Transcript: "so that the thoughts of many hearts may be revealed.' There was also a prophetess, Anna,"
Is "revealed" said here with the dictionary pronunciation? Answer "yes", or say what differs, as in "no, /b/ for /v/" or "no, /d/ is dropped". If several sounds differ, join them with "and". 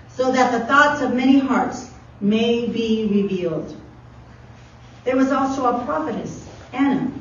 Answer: yes